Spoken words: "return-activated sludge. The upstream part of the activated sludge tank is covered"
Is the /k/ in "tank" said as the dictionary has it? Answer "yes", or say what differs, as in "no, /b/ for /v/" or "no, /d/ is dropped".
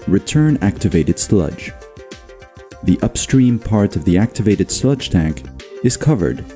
yes